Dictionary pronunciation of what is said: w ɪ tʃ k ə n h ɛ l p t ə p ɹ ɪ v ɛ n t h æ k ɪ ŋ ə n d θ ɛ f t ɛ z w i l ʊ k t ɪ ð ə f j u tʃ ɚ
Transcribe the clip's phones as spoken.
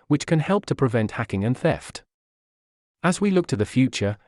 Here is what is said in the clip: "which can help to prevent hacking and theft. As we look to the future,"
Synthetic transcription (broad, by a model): w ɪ tʃ k ə n h ɛ l p t ə p ɹ ɪ v ɛ n t h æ k ɪ ŋ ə n θ ɛ f t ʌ z w i l ʊ k t ɪ ð ə f j u tʃ ɚ